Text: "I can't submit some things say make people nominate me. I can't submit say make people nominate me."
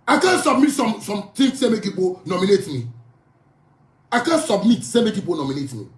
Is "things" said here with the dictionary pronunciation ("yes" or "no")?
no